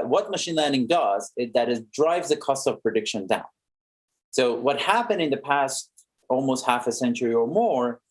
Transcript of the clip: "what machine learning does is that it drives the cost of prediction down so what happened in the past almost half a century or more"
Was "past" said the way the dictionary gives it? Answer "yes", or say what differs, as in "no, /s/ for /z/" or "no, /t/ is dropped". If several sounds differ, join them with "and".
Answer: yes